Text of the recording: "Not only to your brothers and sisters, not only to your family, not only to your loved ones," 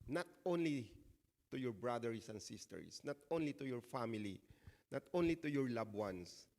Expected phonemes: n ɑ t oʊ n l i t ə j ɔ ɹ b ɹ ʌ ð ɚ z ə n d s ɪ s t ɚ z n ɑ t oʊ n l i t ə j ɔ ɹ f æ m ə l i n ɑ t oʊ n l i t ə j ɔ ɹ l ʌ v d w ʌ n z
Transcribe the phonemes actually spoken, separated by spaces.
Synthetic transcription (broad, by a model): n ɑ t oʊ n l i t ə j ɔ ɹ b ɹ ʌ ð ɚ s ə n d s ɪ s t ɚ s n ɑ t oʊ n l i t ə j ɔ ɹ f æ m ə l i n ɑ t oʊ n l i t ə j ɔ ɹ l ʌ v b w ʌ n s